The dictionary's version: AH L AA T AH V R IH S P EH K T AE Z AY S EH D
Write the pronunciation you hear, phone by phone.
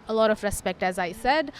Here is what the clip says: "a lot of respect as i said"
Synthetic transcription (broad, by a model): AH L AA T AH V R IH S P EH K T AE Z AY S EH D